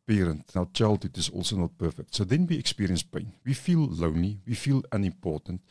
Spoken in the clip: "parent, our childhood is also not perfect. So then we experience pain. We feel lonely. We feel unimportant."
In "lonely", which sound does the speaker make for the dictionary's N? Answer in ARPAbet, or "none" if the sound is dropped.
N